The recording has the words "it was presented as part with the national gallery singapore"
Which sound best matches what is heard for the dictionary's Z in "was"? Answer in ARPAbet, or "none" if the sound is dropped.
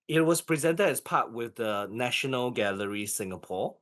S